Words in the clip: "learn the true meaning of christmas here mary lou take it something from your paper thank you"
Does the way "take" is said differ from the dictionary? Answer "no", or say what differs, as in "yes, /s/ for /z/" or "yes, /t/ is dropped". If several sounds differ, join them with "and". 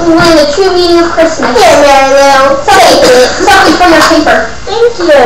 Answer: yes, /s/ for /t/ and /k/ is dropped